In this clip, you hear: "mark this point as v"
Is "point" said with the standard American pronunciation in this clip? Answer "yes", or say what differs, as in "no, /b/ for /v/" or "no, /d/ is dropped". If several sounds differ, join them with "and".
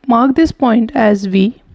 yes